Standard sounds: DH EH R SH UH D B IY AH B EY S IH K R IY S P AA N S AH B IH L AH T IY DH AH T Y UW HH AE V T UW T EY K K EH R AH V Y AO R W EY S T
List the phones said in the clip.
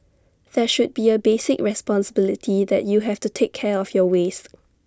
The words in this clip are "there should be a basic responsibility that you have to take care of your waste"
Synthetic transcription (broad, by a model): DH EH SH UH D B IY AH B EY S IH K R IY S P AA N S AH B IH L AH T IY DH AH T Y UW HH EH F T UW T EY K K EH R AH F Y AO W EY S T